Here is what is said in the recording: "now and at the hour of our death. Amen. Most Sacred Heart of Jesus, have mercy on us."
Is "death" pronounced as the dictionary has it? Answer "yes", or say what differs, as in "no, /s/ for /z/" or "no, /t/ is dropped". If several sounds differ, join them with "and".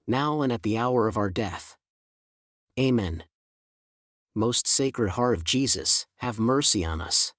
yes